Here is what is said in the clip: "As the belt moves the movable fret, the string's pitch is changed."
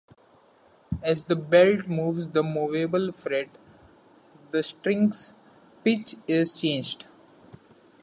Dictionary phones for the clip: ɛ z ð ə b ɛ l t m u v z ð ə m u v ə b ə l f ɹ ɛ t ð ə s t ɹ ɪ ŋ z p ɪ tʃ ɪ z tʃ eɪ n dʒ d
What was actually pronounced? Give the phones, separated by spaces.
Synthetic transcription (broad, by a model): ɛ z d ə b ɛ l t m u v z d ə m u v ə b ə l f ɹ ɛ t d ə s t ɹ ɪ ŋ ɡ p ɪ tʃ ɪ z tʃ eɪ n dʒ d